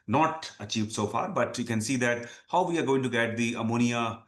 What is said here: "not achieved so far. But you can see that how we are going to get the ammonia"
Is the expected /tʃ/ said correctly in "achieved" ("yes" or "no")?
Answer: yes